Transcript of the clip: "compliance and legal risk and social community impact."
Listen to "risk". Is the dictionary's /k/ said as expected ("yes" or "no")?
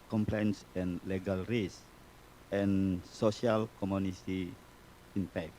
no